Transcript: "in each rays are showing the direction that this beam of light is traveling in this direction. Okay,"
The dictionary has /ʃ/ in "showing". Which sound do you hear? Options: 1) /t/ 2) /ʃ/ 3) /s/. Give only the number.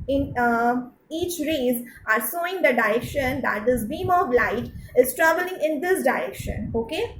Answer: 3